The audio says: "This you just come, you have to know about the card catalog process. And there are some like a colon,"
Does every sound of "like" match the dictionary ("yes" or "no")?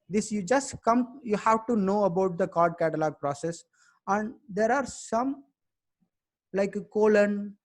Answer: no